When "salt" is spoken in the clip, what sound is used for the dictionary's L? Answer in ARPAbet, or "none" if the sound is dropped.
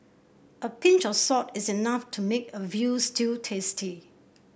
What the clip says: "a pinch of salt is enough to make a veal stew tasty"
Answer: none